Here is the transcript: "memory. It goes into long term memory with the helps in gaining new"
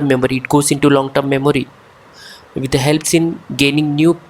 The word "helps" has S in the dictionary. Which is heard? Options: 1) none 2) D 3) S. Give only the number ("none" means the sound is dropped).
3